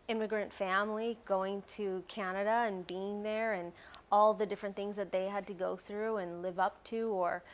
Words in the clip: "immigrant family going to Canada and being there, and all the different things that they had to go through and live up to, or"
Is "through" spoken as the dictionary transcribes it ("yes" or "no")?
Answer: yes